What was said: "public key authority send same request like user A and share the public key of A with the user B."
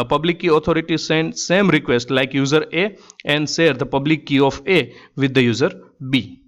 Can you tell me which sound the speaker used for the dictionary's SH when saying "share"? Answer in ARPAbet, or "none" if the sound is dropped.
S